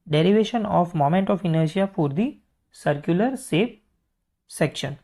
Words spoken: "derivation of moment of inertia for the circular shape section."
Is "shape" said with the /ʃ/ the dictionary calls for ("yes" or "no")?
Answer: no